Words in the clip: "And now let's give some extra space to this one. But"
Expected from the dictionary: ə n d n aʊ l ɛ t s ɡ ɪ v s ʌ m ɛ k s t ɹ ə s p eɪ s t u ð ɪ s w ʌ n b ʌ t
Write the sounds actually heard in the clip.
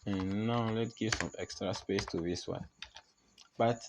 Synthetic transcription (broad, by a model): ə n n aʊ l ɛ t ɡ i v s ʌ m ɛ k s t ɹ ə s p eɪ s t u ð ɪ s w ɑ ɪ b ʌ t